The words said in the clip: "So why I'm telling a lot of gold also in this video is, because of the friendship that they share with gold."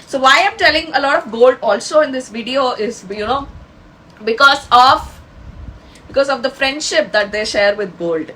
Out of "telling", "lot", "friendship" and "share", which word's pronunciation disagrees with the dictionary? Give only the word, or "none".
none